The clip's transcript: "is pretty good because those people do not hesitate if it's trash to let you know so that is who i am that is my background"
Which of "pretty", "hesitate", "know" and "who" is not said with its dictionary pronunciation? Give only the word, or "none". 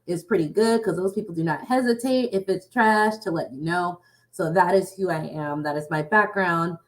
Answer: none